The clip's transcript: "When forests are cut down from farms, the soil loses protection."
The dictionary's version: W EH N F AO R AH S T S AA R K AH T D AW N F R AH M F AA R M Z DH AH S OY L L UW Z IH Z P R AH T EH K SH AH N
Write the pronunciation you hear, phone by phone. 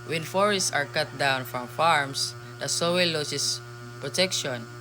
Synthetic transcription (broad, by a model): W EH N F AO R AH S T S AA R K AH T D AW N F R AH M F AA R M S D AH S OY W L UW S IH S P R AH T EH K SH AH N